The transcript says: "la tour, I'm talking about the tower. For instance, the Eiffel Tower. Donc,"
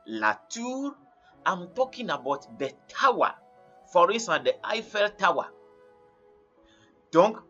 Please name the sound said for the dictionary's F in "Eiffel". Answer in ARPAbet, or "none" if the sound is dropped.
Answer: F